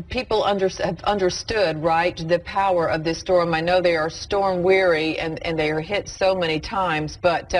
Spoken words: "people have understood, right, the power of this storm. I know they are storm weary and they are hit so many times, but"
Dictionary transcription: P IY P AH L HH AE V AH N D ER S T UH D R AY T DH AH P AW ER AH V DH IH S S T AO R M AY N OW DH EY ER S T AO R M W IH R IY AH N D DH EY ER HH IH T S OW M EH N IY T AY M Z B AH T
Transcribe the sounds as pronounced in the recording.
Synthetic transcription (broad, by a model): P IY P AH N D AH V AH N D ER S T UH D R AY T DH AH P AW ER AH V DH IH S S T AO R M AY N OW DH EY ER S T AO R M W IH R IY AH N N DH EY ER HH IH T S OW M EH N IY T AY M Z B AH T